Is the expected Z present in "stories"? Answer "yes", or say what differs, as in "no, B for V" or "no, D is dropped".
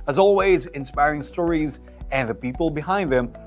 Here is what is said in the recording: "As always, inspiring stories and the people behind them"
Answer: yes